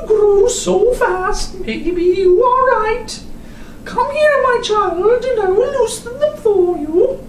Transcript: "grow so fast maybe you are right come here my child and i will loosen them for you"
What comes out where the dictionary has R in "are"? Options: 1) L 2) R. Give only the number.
1